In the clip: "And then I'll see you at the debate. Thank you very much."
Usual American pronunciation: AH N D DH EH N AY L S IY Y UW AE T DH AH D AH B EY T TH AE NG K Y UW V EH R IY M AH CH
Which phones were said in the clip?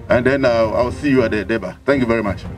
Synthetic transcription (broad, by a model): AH N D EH N AY W S IY Y UW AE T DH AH D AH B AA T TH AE NG K Y UW V EH R IY M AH CH